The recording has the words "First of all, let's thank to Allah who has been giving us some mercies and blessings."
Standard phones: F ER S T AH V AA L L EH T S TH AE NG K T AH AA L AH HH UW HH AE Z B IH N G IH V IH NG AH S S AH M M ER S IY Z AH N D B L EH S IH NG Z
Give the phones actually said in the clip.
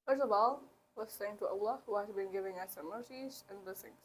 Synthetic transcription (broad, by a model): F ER S T AH V AA L W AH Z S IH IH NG T AH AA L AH HH UW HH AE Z B IH N G IH V IH NG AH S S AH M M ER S IY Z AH N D B L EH S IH NG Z